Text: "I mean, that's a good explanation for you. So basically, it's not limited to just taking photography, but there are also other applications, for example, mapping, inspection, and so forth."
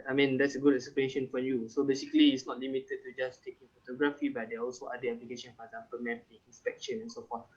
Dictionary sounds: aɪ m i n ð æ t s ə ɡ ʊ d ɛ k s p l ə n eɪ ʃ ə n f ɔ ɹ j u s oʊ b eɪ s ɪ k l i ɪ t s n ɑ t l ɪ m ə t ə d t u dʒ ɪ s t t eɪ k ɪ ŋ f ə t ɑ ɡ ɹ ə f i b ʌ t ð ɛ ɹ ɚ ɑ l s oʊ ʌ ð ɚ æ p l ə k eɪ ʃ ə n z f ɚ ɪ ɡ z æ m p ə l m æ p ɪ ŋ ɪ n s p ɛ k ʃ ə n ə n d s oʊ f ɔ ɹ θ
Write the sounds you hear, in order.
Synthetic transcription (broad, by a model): aɪ m i n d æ t s ə ɡ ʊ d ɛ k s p ə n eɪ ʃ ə n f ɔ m j u s oʊ b eɪ s ɪ k l i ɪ t s n ɑ t l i m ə t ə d t u dʒ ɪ s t t eɪ k ɪ ŋ f ə t ɑ ɡ ɹ ə f i b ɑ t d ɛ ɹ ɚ ɑ l s oʊ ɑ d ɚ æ p l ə k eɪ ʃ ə n f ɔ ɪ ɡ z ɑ m p ə l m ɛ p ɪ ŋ ɪ n s p ɛ k ʃ ə n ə n s oʊ f ɔ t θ